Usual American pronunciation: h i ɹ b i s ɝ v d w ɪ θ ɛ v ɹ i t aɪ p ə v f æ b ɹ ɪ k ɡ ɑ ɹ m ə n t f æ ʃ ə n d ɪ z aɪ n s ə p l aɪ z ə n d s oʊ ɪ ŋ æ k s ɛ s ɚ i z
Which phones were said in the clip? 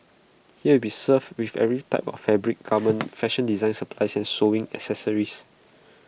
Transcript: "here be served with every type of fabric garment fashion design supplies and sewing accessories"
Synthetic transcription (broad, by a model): h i w b i s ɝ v w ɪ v ɛ v ɹ i t aɪ p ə f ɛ b ɹ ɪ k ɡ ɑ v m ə n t f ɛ ʃ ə n d ɪ z aɪ n s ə p l aɪ s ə n s oʊ ɪ ŋ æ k s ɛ s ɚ i s